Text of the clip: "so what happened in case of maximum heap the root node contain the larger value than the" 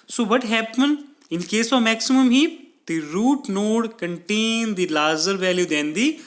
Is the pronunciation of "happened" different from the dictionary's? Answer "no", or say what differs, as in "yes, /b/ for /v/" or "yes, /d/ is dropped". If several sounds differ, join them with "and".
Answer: yes, /d/ is dropped